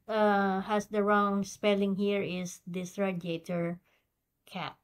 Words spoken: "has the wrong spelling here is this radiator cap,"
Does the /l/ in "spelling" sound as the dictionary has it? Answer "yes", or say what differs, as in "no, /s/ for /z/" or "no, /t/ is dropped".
yes